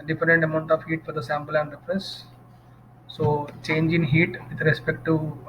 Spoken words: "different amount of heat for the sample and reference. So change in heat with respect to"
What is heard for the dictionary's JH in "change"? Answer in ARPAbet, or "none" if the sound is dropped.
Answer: JH